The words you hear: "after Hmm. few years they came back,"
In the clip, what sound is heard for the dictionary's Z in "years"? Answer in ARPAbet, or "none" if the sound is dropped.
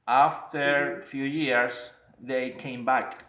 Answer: S